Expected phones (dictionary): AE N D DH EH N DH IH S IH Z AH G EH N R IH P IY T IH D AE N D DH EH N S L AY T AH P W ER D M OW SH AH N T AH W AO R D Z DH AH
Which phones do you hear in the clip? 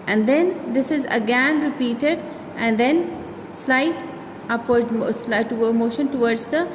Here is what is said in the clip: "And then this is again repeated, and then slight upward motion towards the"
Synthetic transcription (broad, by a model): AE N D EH N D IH S IH Z AH G EH N R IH P IY T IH D AE N D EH N S L AY T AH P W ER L M OW SH AH N T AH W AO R D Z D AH